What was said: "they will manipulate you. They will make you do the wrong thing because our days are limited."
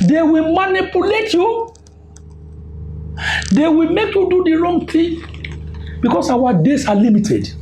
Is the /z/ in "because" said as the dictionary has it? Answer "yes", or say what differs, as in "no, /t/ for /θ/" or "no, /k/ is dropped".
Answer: no, /s/ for /z/